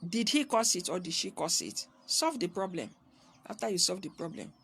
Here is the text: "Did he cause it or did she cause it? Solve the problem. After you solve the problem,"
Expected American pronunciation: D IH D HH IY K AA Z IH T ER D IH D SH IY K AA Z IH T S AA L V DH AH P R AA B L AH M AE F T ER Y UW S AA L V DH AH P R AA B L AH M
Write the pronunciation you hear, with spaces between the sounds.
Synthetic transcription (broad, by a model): D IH D HH IY K AA S IH T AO D IH D SH IY K AA S IH T S AA L V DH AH P R AA B L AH M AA F T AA Y UW S AA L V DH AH P R AA B L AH M